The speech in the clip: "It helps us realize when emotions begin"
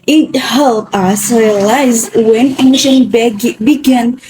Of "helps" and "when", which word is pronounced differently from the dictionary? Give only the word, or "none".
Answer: helps